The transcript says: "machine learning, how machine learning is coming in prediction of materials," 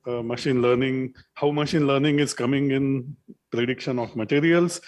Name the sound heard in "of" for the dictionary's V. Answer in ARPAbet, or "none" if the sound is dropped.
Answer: F